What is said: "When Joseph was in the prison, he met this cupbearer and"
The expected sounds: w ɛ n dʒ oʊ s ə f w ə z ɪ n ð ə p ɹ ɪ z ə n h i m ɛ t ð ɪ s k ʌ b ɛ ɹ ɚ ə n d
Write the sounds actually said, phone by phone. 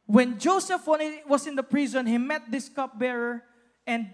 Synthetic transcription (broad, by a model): w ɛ n dʒ oʊ s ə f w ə s ɪ n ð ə p ɹ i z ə n h i m ɛ t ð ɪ s k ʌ b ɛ ɹ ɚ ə n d